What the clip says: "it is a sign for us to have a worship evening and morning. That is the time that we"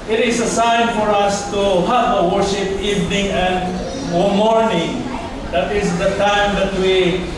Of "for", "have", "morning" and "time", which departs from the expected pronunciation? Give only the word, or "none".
have